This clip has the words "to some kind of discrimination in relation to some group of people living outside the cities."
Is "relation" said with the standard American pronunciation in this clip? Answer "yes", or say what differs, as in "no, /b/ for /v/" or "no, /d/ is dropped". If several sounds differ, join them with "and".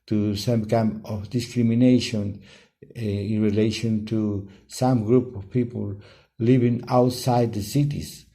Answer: yes